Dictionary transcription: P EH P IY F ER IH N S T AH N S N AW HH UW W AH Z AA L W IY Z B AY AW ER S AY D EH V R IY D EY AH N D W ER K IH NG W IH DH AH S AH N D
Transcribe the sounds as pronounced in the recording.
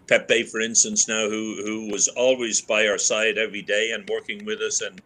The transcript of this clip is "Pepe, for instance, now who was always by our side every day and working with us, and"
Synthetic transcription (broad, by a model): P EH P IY F ER IH N S T AH N S N AW HH UW W AH Z AA L W IY Z B AY AW ER S AY D EH V R IY D EY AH N W ER K IH NG W IH DH AH S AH N